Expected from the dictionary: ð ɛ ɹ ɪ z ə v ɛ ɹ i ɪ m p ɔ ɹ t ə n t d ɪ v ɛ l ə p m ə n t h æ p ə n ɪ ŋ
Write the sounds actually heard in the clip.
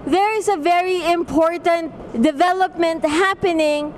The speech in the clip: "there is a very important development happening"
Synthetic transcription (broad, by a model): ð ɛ ɹ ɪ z ə v ɛ ɹ i ɪ m p ɔ ɹ t ə n t d ɪ v ɛ l ə p m ə n t h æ p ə n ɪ ŋ